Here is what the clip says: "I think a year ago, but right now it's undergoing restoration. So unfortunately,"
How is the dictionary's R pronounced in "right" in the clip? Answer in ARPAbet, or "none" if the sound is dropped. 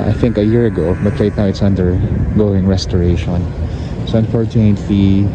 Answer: L